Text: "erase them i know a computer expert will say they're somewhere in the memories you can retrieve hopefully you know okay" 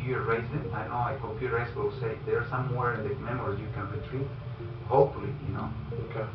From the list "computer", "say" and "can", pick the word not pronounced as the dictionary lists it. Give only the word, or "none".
computer